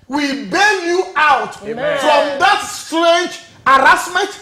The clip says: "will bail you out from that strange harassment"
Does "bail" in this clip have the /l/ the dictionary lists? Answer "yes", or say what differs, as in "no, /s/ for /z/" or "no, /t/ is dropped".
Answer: no, /n/ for /l/